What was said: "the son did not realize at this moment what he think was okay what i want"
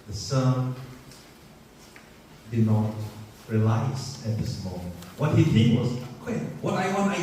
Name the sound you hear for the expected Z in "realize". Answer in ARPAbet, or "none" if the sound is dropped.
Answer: S